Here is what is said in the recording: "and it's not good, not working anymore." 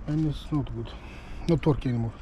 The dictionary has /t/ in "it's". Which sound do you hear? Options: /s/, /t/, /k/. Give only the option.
/s/